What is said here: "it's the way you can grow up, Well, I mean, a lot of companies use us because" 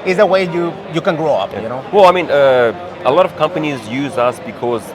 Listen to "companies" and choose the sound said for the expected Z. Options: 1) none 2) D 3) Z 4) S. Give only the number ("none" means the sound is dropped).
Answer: 3